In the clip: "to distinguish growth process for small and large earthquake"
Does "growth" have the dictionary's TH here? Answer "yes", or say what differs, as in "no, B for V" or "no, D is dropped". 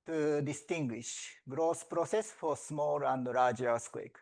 no, S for TH